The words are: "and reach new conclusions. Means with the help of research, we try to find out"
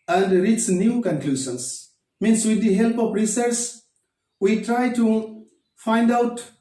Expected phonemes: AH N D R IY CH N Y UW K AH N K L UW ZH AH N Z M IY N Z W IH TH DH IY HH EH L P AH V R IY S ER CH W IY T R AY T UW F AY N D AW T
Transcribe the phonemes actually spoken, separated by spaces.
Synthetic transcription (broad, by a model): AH N D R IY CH N Y UW K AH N K L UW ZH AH N S M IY N S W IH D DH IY HH EH L P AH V R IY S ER S W IY T R AY T UW F AY N D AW T